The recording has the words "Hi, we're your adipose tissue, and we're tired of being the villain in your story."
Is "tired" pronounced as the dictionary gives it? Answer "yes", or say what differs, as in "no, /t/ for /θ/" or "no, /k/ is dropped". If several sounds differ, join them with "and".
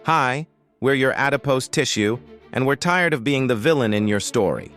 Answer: yes